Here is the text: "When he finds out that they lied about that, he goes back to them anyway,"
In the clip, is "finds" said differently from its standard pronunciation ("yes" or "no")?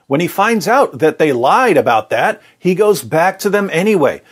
no